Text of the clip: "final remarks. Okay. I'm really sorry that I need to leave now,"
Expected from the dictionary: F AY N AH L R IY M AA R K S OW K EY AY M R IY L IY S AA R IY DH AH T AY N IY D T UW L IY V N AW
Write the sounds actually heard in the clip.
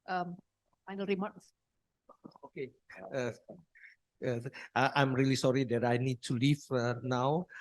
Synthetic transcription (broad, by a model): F AY N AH L R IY M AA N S OW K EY AY M R IY L IY S AA R IY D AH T AY N IY D T UW L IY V N AW